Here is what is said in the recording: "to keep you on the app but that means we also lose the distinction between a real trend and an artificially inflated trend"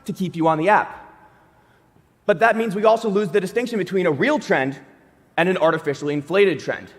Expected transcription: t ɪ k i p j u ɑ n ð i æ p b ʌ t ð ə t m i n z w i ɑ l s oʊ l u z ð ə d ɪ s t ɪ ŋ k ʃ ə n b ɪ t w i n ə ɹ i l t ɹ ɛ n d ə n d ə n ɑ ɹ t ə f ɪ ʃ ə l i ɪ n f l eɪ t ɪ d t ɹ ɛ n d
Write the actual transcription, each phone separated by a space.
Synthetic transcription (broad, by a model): t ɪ k i p j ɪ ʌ n ð i æ p b ʌ t ð ə t m i n z w i ɑ l s oʊ l u z ð ə d ɪ s t ɪ ŋ k ʃ ə n b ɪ t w i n ə ɹ i l t ɹ ɛ n d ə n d ə n ɑ ɹ t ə f ɪ ʃ l i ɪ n f l eɪ t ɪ d t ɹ ɛ n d